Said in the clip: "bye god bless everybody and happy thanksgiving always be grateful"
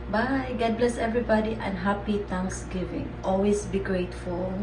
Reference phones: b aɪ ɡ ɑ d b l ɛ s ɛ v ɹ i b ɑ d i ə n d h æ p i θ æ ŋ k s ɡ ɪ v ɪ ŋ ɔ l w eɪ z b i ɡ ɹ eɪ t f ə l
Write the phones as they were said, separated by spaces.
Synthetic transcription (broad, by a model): b aɪ ɡ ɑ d b l ɛ s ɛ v ɹ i b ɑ d i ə n h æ p i t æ ŋ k s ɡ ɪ v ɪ ŋ ɔ l w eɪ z b i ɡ ɹ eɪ t f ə l